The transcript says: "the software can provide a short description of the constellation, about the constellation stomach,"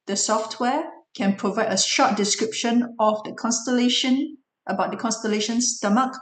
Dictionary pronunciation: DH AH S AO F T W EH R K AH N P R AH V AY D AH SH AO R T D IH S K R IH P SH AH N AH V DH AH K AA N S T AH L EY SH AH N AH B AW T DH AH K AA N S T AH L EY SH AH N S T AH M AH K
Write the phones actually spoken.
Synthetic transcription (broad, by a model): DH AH S AO F T W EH K AH N P R AH V AY D AH SH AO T D IH S K R IH P SH AH N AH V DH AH K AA N S T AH L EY SH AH N AH B AW T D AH K AA N S T AH L EY SH AH N S T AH M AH K